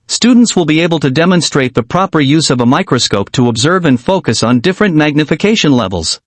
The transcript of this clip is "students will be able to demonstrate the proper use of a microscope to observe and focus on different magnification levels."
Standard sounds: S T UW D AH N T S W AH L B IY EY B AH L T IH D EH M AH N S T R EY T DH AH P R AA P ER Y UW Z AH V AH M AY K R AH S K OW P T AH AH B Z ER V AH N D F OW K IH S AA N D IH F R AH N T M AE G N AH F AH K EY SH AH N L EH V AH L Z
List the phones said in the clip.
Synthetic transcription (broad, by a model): S T UW D N T S W AH L B IY EY B AH L T IH D EH M AH N S T R EY T DH AH P R AA P ER Y UW Z AH V AH M AY K R AH S K OW P T AH AH B Z ER V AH N F OW K IH S N D IH F R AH N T M AE G N AH F AH K EY SH AH N L EH V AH L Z